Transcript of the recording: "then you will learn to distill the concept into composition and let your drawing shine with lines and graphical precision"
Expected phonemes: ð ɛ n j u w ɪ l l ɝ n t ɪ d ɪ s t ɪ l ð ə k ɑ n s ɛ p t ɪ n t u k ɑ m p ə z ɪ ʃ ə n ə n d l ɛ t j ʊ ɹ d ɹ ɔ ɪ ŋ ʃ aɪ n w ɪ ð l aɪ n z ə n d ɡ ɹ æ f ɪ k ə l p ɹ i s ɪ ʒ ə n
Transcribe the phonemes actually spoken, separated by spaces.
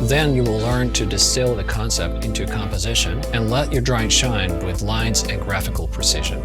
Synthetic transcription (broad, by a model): ð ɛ n j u w ɪ l l ɝ n t ɪ d ɪ s t ɪ l ð ə k ɑ n s ɛ p t ɪ n t u k ɑ m p ə z ɪ ʃ ə n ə n l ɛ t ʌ ɹ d ɹ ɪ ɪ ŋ ʃ aɪ n w ɪ ð l aɪ n z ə n ɡ ɹ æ f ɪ k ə l p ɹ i s ɪ ʒ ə n